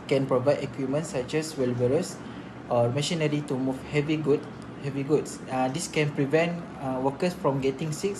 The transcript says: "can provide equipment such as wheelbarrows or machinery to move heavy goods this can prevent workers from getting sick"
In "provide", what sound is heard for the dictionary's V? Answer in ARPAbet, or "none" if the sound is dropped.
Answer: V